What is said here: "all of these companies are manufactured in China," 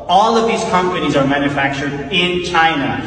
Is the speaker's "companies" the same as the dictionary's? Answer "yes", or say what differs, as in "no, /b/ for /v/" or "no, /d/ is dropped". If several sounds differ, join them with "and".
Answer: yes